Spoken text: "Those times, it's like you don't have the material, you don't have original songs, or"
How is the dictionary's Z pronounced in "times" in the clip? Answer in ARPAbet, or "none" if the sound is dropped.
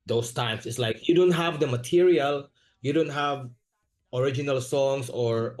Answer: S